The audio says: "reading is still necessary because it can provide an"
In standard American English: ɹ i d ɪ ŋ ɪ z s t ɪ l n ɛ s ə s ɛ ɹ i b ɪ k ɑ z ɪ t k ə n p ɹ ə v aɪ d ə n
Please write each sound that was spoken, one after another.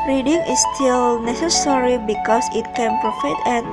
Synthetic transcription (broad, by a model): ɹ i d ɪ ŋ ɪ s s t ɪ l n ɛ s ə s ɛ ɹ i b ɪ k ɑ s ɪ t k ə n p ɹ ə f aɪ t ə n